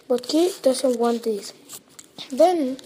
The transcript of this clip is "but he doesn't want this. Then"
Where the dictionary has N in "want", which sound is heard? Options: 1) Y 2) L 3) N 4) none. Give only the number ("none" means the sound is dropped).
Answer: 3